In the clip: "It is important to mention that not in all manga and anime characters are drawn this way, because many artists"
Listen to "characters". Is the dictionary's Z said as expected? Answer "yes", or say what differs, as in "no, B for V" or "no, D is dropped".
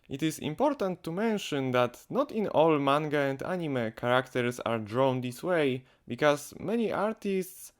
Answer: no, S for Z